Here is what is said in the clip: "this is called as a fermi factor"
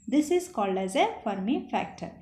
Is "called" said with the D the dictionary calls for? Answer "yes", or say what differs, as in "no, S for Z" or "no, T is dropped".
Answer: yes